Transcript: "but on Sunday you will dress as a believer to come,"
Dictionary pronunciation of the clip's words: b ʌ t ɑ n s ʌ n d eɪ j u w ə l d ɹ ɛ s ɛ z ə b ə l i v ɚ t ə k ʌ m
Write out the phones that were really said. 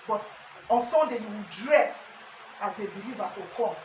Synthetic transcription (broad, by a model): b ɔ t ɑ n s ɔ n d eɪ j u w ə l d ɹ ɛ s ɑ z ə b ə l i v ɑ t ə k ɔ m